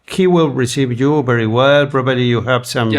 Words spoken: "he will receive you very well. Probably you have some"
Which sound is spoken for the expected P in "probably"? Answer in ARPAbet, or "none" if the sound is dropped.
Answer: B